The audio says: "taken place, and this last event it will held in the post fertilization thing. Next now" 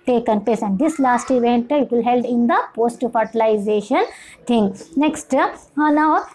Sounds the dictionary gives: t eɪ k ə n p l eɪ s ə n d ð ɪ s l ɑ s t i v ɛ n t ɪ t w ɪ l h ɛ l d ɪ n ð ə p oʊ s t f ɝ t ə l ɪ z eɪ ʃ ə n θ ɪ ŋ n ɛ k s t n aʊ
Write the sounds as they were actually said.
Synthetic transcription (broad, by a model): t eɪ k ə n p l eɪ s ə n d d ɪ s l ɑ s t i v ɛ n t ɪ t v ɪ l h ɛ l d ɪ n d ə p oʊ s t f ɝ t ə l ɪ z eɪ ʃ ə n t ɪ ŋ n ɛ k s t n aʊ